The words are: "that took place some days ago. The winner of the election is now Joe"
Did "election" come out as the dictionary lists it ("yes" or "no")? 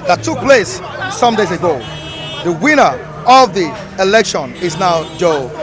yes